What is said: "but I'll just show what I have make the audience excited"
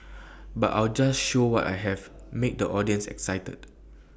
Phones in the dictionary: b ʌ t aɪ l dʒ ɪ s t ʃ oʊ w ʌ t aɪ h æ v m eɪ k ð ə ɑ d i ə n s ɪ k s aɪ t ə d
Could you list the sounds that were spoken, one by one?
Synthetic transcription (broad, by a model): b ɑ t aɪ l dʒ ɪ s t ʃ oʊ w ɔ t aɪ h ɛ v m eɪ k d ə ɑ d i ə n s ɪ k s aɪ t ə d